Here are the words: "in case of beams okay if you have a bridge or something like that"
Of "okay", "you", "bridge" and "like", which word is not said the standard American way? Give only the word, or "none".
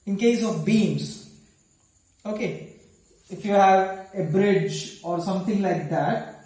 none